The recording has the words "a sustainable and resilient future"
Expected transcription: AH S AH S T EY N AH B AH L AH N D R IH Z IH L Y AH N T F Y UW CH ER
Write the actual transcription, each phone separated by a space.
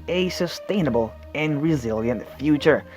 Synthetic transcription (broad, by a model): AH S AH S T EY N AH B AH L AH N R IH Z IH L Y AH N T F Y UW CH ER